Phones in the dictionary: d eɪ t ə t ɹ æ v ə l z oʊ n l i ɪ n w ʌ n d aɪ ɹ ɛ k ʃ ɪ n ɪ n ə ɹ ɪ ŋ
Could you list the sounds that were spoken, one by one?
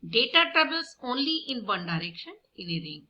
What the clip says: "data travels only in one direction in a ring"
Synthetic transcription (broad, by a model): d eɪ t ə t ɹ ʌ b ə l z oʊ n l i ɪ n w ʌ n d aɪ ɹ ɛ k ʃ ɪ n ɪ n ə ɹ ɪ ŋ